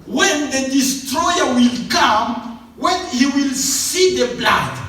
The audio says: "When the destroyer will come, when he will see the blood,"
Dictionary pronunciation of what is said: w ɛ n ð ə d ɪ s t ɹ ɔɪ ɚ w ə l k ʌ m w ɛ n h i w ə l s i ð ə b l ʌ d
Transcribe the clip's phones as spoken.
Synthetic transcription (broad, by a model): w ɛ n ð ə d ɪ s t ɹ ɔɪ ɚ w ə l k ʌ m w ɛ n h i w ə l s i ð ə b l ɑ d